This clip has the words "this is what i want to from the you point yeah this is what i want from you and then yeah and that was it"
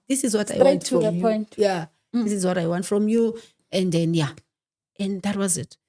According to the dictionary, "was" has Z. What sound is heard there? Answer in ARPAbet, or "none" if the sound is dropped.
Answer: Z